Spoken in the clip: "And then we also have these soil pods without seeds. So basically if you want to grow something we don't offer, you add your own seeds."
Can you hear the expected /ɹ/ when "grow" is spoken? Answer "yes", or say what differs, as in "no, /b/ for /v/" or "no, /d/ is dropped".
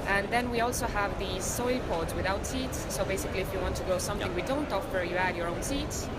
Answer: no, /ɹ/ is dropped